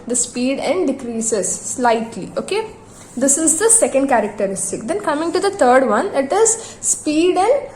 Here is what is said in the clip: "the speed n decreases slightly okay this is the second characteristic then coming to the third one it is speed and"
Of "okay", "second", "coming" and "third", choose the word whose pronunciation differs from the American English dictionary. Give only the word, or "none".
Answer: third